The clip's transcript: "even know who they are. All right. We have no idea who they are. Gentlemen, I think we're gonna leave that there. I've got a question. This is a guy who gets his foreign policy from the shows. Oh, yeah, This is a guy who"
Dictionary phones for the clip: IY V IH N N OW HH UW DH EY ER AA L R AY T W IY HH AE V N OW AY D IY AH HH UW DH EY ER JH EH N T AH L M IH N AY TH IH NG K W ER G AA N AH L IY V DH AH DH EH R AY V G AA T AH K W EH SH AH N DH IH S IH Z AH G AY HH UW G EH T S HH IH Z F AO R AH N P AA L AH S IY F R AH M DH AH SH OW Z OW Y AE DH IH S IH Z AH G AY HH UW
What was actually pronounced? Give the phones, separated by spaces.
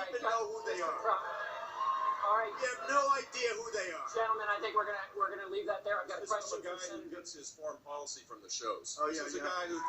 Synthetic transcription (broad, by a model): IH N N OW HH UW DH EY ER AA L R AY T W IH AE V N OW AY D IY AH HH UW DH EY ER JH EH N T L M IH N AY TH IH NG K W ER G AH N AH W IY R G AH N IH L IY V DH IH T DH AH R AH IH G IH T AH G AY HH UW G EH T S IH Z F AO R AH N P AA L AH S IY F R AH M DH AH SH OW Z OW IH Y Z AH G AY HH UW